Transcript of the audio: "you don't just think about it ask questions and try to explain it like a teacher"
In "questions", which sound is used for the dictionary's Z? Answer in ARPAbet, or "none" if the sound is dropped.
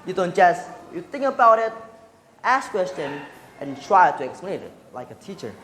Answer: none